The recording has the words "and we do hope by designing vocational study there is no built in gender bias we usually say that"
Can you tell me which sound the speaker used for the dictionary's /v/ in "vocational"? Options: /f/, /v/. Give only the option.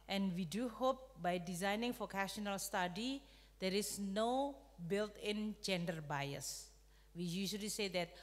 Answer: /f/